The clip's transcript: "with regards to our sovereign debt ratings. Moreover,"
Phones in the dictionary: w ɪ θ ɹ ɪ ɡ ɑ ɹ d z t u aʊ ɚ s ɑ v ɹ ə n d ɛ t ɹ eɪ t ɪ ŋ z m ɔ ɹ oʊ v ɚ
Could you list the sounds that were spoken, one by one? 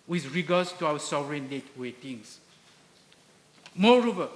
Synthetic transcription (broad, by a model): w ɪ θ ɹ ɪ ɡ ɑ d s t u aʊ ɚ s ɑ v ɹ ə n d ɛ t w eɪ t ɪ ŋ s m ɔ ɹ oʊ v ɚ